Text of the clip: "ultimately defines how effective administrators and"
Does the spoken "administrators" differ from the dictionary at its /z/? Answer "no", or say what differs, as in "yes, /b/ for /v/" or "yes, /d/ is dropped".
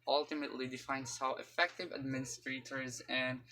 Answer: no